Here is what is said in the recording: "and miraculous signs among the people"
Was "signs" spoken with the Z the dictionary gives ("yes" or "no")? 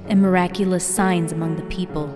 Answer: yes